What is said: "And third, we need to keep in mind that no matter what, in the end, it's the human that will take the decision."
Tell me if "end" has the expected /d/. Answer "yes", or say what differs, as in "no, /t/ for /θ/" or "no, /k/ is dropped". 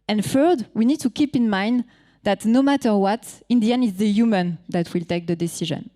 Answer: no, /d/ is dropped